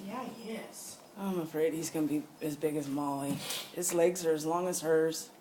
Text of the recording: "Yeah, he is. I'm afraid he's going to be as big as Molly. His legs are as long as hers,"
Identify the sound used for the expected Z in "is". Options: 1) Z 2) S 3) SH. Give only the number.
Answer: 2